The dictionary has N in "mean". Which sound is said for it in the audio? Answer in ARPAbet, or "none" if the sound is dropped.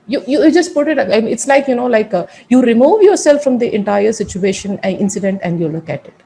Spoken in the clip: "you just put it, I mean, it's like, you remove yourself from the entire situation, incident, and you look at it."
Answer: L